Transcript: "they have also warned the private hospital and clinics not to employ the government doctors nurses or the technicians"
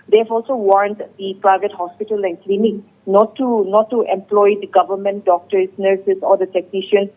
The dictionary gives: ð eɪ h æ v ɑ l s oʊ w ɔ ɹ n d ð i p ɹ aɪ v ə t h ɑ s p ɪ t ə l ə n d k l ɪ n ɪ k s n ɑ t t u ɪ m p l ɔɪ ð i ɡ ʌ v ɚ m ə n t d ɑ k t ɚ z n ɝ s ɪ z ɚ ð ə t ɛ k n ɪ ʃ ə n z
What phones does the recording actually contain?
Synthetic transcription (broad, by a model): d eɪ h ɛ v ɑ l s oʊ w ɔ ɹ n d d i p ɹ aɪ v ə t h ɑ s p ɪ t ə l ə n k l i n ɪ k n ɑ t t u ɪ m p l ɔɪ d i ɡ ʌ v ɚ m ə n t d ɑ k t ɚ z n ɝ s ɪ s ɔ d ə t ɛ k n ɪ ʃ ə n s